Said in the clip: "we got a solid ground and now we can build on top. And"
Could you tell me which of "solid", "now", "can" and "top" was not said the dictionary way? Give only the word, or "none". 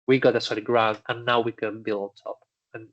solid